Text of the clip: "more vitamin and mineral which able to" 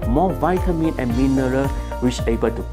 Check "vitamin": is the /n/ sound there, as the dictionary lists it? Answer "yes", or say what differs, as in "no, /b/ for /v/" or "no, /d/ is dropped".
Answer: yes